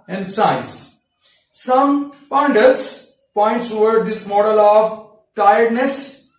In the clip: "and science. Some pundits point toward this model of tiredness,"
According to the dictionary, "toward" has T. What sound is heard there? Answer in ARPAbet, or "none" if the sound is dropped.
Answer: S